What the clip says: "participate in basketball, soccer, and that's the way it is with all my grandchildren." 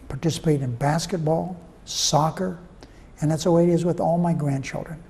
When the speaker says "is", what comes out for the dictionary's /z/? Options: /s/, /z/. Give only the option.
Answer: /z/